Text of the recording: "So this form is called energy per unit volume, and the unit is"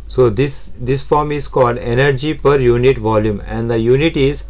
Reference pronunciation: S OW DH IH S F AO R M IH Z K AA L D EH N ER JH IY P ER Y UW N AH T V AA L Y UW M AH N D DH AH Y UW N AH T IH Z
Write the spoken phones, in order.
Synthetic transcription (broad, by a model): S OW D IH S F AO R M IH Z K AA L D EH N ER JH IY P ER Y UW N AH T V AA L Y UW M AH N D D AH Y UW N AH T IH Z